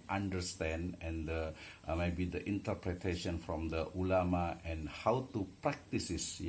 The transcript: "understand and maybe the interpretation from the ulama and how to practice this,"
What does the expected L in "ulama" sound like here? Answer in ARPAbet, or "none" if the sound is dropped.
L